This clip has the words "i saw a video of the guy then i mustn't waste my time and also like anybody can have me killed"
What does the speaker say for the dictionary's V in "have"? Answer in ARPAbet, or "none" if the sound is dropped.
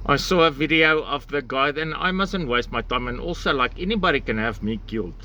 V